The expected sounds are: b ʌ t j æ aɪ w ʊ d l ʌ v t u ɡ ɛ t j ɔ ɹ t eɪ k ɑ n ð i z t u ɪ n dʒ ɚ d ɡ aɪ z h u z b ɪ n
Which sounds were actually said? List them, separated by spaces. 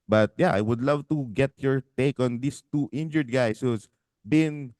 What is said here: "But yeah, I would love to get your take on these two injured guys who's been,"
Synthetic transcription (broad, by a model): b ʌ t j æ aɪ w ʊ d l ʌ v t u ɡ ɛ t j ɔ ɹ t eɪ k ɑ n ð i s t u ɪ n dʒ ɚ d ɡ aɪ s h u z b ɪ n